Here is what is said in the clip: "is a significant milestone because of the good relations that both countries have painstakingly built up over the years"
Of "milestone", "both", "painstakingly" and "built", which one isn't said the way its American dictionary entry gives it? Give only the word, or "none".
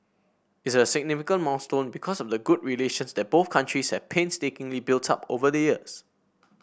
milestone